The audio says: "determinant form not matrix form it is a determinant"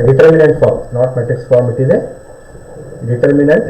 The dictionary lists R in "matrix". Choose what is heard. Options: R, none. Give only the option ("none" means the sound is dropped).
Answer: none